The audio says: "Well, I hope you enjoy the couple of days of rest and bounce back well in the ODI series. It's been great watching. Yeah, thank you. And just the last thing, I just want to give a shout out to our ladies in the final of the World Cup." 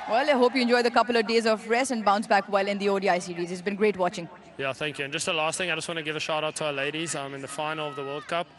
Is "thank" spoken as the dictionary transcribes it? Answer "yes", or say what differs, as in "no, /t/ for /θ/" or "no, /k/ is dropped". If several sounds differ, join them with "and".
yes